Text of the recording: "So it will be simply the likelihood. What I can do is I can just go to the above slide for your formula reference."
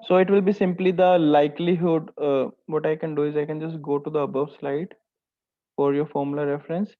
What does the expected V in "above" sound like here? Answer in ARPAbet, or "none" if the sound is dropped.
V